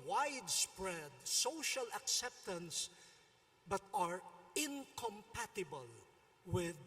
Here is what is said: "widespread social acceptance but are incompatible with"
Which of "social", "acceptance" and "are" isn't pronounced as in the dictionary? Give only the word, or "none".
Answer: none